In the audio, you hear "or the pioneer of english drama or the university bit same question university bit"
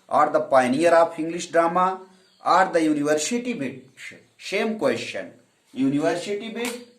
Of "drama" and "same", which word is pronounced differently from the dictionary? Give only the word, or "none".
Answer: same